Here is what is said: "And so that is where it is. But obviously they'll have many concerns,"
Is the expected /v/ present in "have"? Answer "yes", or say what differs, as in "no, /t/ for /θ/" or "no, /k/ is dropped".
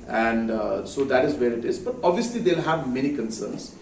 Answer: yes